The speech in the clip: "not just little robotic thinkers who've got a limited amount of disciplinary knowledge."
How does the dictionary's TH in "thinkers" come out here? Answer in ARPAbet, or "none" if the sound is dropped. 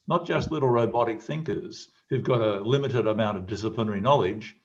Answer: TH